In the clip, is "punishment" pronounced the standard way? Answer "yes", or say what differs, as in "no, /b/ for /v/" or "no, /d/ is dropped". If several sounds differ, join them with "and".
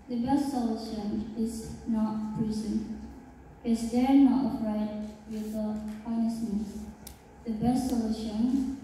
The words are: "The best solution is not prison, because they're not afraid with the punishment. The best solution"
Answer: no, /s/ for /ʃ/